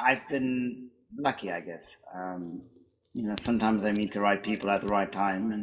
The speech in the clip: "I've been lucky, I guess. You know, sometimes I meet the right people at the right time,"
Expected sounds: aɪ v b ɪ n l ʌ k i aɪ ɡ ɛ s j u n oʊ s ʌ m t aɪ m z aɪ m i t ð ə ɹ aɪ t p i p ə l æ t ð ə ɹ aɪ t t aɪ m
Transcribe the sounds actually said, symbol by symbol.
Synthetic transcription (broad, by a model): aɪ v b ɪ n l ʌ k i aɪ ɡ ɛ s j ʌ n oʊ s ʌ m t aɪ m z aɪ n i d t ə ɹ aɪ t p i p l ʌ t ð ə ɹ aɪ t t aɪ m